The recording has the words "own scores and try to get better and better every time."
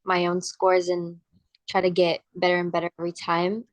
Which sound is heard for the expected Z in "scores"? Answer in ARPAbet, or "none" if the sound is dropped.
Z